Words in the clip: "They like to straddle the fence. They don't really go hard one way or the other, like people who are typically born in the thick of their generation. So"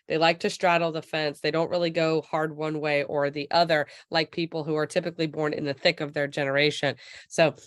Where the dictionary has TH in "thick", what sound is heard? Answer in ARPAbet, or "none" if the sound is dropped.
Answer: TH